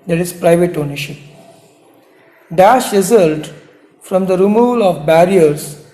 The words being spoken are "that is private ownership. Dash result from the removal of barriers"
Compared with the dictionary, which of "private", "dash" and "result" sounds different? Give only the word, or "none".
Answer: none